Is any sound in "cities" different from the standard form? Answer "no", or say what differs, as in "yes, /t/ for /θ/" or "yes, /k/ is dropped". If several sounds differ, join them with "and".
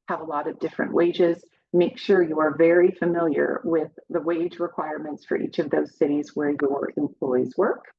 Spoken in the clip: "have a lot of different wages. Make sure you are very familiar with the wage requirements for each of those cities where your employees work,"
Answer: no